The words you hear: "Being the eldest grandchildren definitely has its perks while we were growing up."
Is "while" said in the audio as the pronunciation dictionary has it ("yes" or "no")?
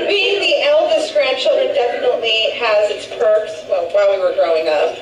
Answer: no